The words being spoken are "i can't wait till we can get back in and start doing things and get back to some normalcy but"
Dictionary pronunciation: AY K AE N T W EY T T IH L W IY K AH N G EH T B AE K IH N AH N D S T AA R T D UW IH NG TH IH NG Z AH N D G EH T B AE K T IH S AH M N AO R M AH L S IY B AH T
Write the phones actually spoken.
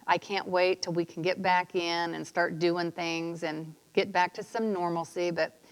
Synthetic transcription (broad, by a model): AY K AE N T W EY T T IH L W IY K N G EH T B AE K IH N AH N S T AA R T D UW IH NG TH IH NG Z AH N G EH T B AE K T IH S AH M N AO R M L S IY B AH T